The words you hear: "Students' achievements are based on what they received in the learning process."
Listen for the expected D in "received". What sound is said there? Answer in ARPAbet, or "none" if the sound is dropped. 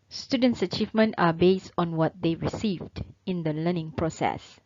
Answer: D